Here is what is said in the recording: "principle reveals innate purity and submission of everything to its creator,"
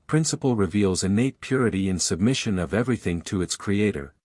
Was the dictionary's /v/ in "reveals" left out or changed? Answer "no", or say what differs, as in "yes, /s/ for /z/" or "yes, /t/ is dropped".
no